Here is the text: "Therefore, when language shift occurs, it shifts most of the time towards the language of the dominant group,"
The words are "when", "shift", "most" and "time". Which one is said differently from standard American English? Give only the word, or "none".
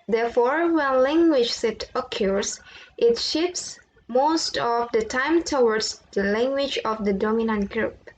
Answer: shift